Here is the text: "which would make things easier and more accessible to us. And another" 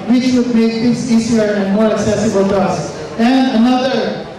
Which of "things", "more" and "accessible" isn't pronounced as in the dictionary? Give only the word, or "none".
things